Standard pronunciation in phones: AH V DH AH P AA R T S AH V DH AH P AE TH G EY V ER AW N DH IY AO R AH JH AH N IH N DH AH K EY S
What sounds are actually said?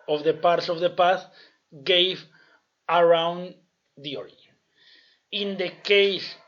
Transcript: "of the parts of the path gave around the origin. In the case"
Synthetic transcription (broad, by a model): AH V DH AH P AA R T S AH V DH AH P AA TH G EY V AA AW N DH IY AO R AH AH N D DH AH K EY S